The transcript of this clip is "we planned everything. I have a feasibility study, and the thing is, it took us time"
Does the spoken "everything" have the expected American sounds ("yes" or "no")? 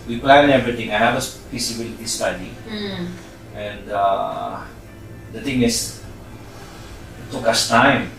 no